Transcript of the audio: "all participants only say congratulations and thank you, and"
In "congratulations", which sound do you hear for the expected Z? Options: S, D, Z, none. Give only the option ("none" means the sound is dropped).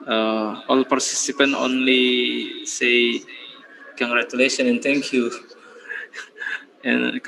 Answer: none